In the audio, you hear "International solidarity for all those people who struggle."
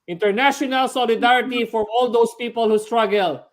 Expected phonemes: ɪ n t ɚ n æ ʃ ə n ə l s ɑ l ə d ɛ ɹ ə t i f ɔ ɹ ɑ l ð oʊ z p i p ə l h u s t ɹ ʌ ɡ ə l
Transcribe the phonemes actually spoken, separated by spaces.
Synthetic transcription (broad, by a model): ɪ n t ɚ n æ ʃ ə n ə l s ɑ l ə d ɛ ɹ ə t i f ɔ ɹ ɑ l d oʊ s p i p ə l h u s t ɹ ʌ ɡ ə l